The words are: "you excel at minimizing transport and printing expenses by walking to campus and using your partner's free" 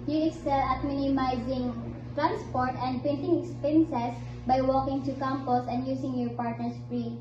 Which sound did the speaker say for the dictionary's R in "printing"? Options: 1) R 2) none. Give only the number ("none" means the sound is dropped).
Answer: 2